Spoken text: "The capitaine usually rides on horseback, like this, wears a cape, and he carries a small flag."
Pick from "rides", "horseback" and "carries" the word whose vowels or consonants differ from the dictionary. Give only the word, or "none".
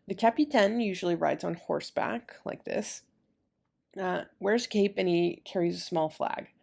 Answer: none